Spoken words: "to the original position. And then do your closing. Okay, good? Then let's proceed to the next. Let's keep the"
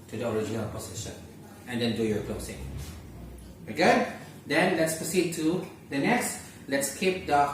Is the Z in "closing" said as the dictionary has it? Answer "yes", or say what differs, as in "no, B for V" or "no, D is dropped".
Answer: no, S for Z